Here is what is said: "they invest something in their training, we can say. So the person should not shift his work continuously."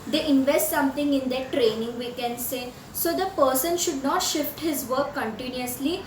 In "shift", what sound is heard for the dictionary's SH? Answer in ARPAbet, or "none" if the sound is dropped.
SH